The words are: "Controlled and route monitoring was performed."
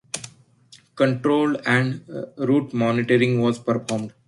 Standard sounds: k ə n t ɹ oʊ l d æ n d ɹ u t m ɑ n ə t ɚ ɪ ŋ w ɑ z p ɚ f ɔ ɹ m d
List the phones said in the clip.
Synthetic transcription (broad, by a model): k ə n t ɹ oʊ l æ n d ɹ u t m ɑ n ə t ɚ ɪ ŋ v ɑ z p ɚ f ɔ ɹ m d